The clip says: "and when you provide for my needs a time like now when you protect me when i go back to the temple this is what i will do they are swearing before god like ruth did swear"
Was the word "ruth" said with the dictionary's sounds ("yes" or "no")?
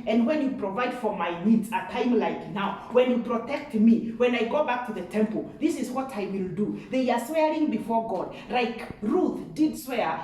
yes